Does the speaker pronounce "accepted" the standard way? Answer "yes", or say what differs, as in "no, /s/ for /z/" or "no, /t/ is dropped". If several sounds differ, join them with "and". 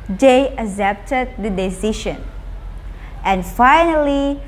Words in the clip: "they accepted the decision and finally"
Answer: no, /k/ is dropped